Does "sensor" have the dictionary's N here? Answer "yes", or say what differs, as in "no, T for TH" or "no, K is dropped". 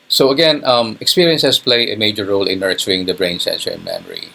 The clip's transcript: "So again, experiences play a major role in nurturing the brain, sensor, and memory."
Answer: yes